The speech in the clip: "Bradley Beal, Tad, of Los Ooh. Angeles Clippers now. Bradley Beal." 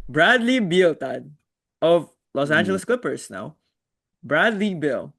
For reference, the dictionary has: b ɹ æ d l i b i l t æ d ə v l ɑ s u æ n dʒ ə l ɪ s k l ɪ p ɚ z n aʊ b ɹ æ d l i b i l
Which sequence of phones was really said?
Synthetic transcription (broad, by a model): b ɹ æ d l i b i l t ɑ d ə v l ɑ s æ n dʒ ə l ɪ s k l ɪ p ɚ s n aʊ b ɹ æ d l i b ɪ l